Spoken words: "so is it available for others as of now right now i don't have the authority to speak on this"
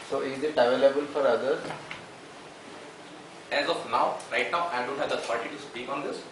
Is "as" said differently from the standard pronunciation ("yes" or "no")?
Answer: no